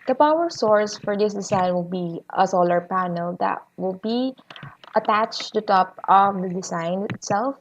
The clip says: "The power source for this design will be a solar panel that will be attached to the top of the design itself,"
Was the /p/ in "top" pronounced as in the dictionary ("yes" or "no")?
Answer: yes